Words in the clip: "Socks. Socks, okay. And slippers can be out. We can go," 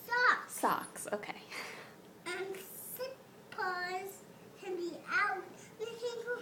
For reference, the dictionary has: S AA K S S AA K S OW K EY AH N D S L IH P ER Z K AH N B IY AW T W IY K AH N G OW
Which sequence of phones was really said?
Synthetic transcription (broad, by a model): S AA K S S AA K S OW K EY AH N S IH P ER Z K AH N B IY AW T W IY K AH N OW